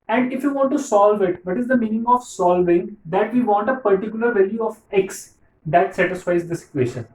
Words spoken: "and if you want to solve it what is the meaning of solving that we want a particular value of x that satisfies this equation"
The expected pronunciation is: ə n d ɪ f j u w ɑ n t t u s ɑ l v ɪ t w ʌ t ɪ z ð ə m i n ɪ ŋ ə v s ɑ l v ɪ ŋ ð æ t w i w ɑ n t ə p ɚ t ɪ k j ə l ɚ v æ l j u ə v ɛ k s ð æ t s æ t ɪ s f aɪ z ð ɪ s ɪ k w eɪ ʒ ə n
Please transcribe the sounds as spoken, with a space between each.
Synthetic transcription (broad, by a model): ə n d ɪ f j u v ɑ n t t u s ɑ l v ɪ t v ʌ t ɪ z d ə m i n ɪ ŋ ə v s ɑ l v ɪ ŋ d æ t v i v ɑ n t ə p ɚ t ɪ k j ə l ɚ v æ l j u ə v ɛ k s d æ t s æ t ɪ s f aɪ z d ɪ s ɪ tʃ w eɪ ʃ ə n